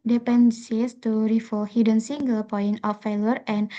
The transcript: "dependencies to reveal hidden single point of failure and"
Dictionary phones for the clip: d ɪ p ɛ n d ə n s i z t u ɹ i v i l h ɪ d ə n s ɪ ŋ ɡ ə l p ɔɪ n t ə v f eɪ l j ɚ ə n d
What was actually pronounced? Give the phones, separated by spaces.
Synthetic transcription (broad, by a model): d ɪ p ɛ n n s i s t u ɹ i f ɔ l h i d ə n s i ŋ ɡ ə l p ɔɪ n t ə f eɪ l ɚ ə n